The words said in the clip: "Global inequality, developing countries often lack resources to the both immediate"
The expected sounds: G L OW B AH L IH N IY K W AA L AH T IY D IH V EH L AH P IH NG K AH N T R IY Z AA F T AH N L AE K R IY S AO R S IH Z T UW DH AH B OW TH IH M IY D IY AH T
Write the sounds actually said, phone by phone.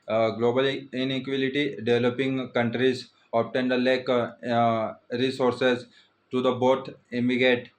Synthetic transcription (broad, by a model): G L OW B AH L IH N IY K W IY L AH T IY D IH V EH L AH P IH NG K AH N T R IY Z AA P T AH N L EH K R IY S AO R S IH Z T UW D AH B OW T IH M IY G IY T